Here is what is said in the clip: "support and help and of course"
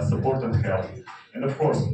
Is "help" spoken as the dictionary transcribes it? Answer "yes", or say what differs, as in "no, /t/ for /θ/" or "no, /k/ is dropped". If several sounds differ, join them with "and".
no, /p/ is dropped